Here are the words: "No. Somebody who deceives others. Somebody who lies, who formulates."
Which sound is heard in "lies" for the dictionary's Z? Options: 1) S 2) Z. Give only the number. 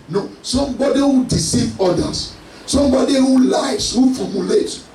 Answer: 1